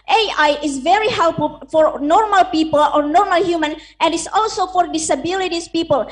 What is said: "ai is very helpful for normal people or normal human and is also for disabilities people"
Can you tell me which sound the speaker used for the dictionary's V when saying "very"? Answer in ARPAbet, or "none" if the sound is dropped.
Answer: V